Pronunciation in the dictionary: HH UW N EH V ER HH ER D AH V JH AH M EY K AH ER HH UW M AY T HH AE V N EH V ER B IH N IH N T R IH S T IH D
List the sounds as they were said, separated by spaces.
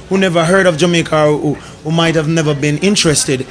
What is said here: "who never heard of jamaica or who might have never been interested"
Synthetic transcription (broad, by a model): HH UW N EH V ER HH ER D AH V JH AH M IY K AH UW HH UW M AY T HH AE V N EH V ER B IH N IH N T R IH S T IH D